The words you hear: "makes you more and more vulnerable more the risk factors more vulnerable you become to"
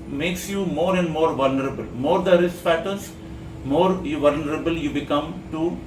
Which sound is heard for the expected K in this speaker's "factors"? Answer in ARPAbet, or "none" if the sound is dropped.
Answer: none